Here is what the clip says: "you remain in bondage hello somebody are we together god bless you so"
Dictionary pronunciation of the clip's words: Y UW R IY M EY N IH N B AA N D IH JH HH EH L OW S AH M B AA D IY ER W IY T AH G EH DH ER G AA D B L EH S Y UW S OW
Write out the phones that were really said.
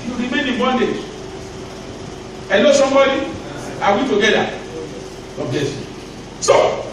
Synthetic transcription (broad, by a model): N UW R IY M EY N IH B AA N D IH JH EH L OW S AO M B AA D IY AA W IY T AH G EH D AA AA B EH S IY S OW